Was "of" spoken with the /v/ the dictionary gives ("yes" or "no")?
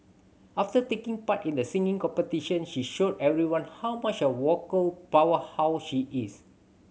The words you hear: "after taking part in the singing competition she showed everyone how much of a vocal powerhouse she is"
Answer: no